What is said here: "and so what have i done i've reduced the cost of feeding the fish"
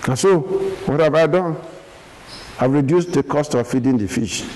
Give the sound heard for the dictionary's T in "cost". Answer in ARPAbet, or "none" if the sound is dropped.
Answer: T